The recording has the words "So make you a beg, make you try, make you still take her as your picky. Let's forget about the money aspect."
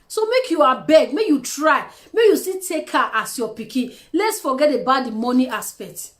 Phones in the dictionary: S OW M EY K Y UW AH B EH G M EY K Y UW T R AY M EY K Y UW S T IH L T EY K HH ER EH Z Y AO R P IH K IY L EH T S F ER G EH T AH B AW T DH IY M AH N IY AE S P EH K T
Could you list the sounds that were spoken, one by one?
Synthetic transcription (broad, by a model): S OW M EY K Y UW AH B EH G M EY K Y UW T R AY M EY K Y UW S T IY T EY K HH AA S Y AO P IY K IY L EH T S F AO G EH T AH B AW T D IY M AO N IY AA S P EH K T